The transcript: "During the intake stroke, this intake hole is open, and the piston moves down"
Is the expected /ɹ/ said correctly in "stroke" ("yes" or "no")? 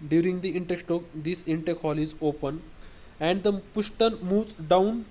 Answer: no